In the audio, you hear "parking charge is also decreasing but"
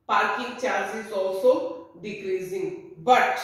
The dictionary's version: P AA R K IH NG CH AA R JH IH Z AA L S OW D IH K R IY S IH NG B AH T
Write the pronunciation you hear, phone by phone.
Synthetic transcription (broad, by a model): P AA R K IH NG CH AA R Z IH S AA S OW D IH K R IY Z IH NG B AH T